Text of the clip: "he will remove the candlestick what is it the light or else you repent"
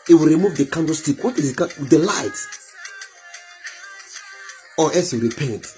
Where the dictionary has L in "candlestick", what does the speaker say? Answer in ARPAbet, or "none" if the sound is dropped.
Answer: none